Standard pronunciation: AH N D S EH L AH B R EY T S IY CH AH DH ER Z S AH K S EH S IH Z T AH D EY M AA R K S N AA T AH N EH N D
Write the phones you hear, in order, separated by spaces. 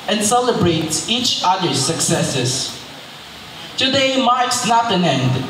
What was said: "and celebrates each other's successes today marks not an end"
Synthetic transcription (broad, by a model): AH N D S EH L AH B R EY T S IY CH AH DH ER S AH K S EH S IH S T AH D EY M AA R K S N AA T AH N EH N D